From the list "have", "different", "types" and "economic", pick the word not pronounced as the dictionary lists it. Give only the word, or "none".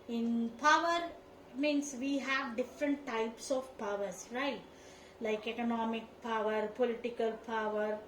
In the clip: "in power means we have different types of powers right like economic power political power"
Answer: none